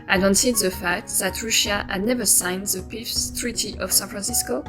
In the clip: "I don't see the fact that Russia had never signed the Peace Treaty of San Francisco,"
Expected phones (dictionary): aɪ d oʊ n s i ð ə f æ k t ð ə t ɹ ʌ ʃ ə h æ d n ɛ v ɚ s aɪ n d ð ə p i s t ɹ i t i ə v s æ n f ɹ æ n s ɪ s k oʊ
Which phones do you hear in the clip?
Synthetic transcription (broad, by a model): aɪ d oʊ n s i ð ə f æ k t ð ə t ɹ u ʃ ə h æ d n ɛ v ɚ s aɪ n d ð ə p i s t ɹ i t i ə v s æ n f ɹ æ n s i s k oʊ